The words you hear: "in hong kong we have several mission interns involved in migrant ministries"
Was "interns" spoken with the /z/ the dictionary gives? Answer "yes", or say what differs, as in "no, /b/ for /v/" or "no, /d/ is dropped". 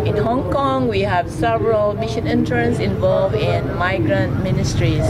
no, /s/ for /z/